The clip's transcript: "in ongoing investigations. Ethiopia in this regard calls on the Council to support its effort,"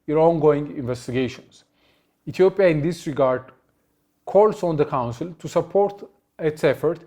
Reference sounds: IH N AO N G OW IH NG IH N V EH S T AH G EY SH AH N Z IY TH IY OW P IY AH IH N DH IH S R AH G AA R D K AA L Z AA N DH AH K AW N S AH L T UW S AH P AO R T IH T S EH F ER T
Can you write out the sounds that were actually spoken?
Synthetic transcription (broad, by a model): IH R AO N G OW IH NG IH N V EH S T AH G EY SH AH N S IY T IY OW P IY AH IH N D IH S R AH G AA R D K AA L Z AA N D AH K AW N S AH L T UW S AH P AO R T IH T S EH F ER T